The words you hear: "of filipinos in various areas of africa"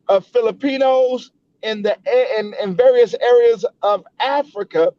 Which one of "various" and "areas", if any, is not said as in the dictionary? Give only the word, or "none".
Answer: none